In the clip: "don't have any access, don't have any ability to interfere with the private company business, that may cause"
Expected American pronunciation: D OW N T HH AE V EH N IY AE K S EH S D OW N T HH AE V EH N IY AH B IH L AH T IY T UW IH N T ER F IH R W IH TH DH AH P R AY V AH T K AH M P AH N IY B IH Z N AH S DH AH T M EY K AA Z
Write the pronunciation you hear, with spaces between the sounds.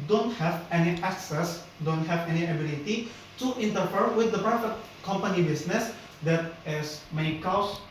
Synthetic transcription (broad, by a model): D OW N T HH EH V EH N IY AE K S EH S D OW N T HH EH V EH N IY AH B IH L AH T IY T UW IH N T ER F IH R W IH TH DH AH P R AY F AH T K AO M P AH N IY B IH S N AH S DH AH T M EY K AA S